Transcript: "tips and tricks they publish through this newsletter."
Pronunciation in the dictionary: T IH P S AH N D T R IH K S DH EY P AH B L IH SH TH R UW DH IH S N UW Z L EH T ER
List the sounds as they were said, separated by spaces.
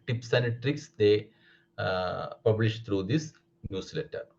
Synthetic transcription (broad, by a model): T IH P S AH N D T R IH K S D EY P AH B L IH SH T R UW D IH S N UW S L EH T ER